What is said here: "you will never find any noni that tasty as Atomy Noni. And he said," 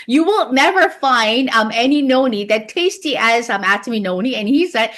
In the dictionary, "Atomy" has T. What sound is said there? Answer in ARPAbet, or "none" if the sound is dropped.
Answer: S